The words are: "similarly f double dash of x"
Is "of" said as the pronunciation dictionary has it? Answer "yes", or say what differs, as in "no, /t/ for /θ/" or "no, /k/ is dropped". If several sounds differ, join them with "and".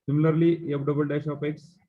no, /p/ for /v/